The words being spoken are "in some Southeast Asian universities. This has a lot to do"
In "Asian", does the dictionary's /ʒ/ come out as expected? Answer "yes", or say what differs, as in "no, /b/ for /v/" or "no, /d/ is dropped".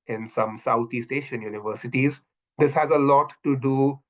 no, /ʃ/ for /ʒ/